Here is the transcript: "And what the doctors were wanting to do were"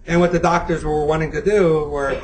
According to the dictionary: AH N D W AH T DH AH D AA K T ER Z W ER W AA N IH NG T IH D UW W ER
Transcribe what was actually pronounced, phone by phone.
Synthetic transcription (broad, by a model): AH N W AH T DH AH D AA K T ER Z W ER W AA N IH NG T IH D UW W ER